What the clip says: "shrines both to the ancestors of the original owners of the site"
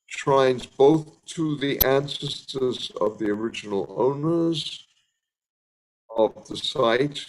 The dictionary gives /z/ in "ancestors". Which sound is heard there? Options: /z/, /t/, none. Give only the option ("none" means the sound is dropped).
/z/